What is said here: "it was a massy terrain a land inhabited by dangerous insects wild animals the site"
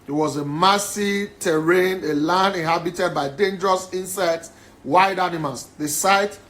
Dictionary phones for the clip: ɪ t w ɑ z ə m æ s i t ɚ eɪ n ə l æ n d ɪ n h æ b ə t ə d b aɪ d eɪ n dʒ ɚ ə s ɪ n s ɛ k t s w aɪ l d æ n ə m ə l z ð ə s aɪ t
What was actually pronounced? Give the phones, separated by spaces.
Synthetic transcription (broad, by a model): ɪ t w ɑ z ə m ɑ s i t ɚ eɪ n ə l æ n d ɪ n h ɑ b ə t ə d b aɪ d eɪ n dʒ ɚ ə s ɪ n s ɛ t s w aɪ d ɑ n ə m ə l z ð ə s aɪ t